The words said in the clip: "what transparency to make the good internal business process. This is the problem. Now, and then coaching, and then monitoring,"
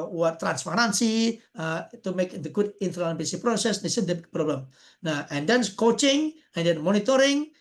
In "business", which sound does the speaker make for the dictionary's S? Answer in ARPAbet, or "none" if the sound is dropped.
none